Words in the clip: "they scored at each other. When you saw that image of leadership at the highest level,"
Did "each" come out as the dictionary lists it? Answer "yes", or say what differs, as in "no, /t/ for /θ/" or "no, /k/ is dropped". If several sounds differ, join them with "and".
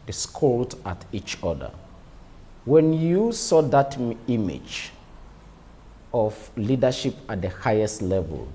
yes